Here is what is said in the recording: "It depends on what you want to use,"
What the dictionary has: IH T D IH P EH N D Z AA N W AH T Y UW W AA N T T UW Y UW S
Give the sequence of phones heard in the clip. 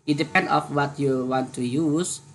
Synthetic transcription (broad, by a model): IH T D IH P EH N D AA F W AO T Y UW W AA N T T UW Y UW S